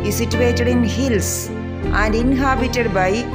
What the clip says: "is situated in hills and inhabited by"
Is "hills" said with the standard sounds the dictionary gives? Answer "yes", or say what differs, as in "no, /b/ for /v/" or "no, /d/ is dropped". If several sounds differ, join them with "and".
no, /s/ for /z/